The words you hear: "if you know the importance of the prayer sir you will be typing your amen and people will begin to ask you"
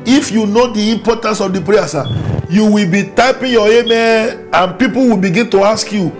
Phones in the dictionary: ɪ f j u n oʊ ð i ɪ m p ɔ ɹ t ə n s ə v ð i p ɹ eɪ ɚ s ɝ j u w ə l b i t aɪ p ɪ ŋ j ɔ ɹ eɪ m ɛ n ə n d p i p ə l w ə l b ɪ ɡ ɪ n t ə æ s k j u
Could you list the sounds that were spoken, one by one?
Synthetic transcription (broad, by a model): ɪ f j u n oʊ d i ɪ m p ɔ t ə n s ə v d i p ɹ eɪ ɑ s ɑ j u w ə l b i t aɪ p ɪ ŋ j ɔ eɪ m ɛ ə n p i p ə l w ə l b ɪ ɡ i n t ə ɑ s k j u